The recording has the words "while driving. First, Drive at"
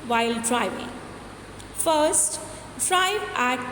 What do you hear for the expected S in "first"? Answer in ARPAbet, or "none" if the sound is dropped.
S